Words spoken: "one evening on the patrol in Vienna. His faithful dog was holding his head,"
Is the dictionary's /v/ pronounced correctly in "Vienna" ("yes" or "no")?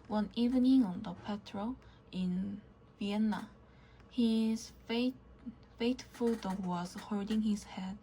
yes